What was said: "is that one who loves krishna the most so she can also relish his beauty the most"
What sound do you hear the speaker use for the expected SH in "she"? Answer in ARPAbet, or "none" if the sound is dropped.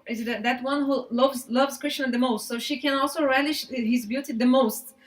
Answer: SH